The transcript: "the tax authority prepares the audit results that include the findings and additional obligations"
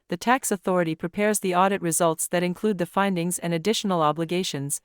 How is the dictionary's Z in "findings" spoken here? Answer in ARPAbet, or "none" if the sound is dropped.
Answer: Z